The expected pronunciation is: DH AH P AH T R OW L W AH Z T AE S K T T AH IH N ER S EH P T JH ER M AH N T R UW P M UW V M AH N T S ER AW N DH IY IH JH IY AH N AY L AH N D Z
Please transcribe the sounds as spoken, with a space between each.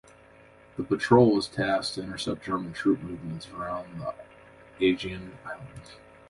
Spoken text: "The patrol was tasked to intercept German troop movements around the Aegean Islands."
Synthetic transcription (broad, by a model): DH AH P AH T R OW L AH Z T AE S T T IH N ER S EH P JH ER M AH N T R UW P M UW V M AH N T S ER AW N DH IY IH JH IY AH N AY L AH N D Z